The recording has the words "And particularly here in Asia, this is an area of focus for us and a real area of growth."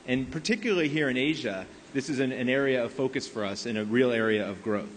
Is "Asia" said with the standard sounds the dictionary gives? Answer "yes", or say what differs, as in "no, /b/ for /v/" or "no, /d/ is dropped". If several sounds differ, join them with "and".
yes